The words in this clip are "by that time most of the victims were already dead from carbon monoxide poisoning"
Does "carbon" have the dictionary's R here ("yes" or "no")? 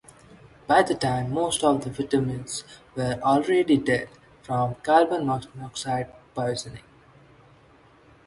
no